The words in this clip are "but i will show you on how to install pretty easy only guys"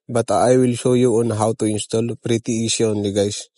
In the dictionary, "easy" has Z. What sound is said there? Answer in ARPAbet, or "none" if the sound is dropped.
S